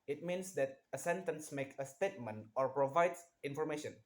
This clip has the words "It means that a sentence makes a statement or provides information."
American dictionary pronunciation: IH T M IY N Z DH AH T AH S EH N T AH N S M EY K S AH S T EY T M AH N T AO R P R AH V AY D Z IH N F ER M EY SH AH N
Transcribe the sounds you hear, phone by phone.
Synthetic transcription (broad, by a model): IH T M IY N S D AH T AH S EH N T AH N S M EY K AH S T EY T M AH N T AO R P R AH V AY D S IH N F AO M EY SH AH N